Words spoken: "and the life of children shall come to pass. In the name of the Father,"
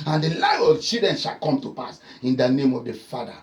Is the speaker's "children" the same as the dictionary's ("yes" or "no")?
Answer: no